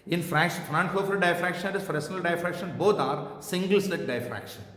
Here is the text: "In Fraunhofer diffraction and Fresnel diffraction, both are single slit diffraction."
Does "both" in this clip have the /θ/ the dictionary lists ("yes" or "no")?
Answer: no